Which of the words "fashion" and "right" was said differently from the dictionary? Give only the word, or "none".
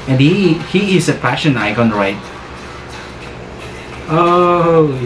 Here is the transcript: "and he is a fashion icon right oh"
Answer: fashion